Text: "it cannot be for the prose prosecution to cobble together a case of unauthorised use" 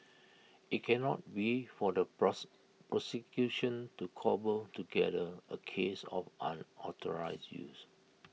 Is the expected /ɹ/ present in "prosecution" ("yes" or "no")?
yes